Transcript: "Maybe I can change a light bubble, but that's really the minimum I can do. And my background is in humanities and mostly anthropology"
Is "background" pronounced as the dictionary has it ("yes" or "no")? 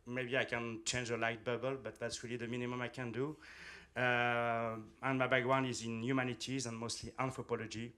no